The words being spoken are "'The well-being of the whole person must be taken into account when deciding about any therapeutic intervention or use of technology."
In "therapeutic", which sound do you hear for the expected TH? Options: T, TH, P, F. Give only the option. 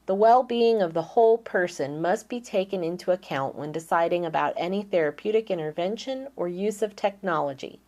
TH